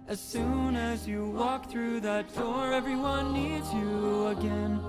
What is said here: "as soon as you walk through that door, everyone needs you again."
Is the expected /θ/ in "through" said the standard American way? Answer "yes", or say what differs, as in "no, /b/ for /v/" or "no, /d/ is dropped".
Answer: yes